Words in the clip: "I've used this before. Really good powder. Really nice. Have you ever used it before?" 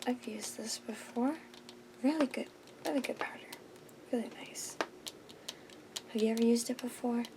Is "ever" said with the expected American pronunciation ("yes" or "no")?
yes